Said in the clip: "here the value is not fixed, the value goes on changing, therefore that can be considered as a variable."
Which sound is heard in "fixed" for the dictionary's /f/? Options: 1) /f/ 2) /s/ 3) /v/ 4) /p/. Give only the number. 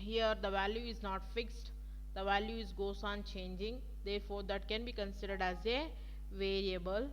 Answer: 1